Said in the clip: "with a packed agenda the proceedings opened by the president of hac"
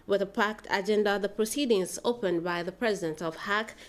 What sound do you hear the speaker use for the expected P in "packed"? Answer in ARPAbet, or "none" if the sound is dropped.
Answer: P